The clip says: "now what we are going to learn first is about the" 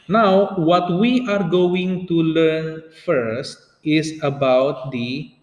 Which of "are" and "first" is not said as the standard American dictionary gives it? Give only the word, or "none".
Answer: none